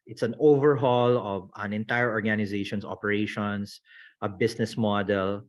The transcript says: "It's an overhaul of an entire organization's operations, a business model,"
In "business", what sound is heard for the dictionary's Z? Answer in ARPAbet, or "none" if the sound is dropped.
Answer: S